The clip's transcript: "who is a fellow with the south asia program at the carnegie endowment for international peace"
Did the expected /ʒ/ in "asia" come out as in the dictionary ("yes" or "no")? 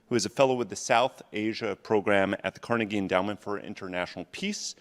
yes